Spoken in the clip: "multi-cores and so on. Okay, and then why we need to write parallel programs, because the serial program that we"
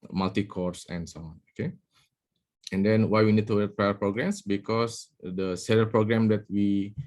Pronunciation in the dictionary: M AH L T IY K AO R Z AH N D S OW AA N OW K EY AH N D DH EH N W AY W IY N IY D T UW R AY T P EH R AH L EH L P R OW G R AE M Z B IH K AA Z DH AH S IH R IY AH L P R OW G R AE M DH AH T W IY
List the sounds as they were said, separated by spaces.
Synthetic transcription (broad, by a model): M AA L T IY K AO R S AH N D S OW AA N OW K EY AH N D EH N W AY W IY N IY D T UW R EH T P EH AH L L P R OW G R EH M S B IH K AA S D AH S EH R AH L P R OW G R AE M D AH T W IY